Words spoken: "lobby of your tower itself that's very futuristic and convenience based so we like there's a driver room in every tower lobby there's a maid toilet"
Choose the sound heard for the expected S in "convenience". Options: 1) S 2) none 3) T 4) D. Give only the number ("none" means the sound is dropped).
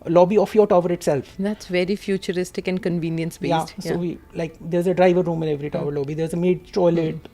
1